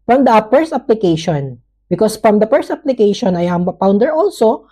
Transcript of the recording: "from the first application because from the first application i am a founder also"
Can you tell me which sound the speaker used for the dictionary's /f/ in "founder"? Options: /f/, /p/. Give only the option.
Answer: /p/